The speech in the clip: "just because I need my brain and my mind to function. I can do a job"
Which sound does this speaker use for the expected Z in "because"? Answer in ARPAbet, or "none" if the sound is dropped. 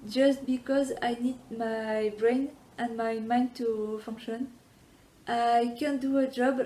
Z